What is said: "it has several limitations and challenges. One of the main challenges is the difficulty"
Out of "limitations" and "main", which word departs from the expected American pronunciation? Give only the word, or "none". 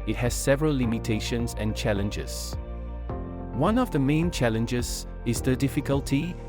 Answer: none